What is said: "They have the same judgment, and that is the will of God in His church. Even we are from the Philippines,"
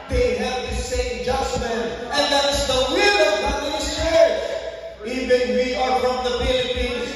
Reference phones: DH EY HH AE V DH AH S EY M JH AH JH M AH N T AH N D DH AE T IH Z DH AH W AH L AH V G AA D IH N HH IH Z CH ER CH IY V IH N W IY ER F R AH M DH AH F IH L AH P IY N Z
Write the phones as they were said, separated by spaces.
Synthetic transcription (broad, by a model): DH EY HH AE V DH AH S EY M JH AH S M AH N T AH N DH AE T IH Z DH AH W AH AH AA IH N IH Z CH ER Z IY V IH N W IY ER F R AH M DH AH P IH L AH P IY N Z